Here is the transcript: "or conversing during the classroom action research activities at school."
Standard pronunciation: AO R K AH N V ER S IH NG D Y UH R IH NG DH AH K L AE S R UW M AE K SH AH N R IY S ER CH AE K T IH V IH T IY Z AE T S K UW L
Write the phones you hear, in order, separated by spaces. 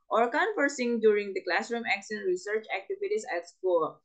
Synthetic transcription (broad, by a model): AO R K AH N F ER S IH NG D Y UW R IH NG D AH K L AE S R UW M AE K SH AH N R IY S ER CH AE K T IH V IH T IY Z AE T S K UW